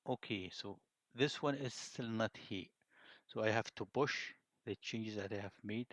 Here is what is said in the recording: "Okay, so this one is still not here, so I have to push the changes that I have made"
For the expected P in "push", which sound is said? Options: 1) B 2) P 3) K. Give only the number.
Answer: 1